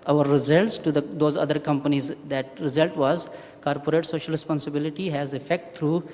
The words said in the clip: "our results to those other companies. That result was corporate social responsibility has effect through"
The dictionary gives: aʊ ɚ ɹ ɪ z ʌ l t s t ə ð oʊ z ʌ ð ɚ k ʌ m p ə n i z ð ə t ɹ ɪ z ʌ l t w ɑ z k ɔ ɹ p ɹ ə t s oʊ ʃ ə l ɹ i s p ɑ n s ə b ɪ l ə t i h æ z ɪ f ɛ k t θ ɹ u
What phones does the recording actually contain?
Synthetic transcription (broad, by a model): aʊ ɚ ɹ ɪ z ʌ l t s t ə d oʊ z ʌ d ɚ k ʌ m p ə n i z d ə t ɹ ɪ z ʌ l t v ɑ z k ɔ ɹ p ɹ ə t s oʊ ʃ ə l ɹ i s p ɑ n s ə b ɪ l ə t i h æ z ɪ f ɛ k t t ɹ u